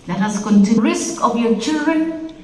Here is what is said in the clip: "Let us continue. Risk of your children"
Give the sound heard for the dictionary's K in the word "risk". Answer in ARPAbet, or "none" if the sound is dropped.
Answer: K